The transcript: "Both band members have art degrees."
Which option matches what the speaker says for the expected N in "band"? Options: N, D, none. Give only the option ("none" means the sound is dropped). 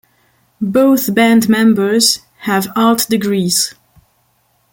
N